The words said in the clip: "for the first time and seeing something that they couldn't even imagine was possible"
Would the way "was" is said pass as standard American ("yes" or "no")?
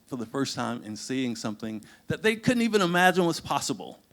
no